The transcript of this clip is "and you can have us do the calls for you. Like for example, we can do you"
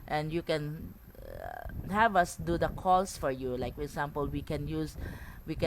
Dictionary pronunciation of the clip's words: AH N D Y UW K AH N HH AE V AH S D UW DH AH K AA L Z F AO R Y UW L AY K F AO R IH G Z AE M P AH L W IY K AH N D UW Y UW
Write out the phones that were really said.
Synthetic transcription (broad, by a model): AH N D Y UW K AH N HH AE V AH S D UW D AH K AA L S F AO R Y UW L AY K F AO R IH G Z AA M P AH L W IY K AH N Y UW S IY